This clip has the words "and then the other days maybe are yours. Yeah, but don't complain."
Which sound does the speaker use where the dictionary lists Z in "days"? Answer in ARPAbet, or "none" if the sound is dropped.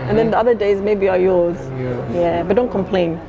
Z